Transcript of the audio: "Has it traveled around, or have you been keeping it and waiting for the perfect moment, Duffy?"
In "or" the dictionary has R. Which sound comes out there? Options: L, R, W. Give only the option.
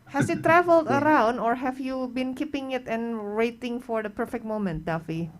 R